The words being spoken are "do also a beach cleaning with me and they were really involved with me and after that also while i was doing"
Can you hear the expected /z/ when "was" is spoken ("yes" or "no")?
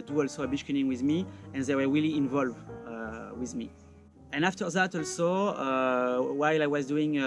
yes